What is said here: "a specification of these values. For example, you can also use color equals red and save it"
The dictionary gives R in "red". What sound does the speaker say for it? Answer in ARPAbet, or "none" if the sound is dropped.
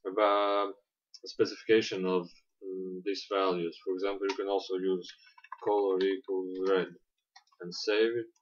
R